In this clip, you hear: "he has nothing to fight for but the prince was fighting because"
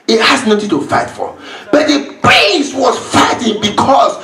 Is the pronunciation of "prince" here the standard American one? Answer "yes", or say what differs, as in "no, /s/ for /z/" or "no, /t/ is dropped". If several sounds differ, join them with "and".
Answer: no, /n/ is dropped